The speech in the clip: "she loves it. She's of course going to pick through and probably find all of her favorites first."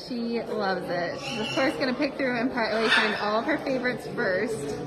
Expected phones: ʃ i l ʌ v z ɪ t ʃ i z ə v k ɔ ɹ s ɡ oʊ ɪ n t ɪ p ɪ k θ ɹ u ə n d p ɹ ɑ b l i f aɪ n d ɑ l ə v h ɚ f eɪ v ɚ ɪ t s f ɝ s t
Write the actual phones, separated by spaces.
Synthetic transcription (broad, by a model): ʃ i l ʌ v z ɪ t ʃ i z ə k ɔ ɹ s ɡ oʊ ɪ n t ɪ p ɪ k θ ɹ u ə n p ɑ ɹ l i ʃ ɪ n ɑ l ə v ɚ f eɪ v ɚ ɪ t s f ɝ s t